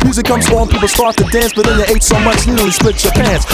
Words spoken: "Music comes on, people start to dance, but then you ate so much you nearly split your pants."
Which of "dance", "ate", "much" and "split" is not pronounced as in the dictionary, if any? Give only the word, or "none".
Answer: split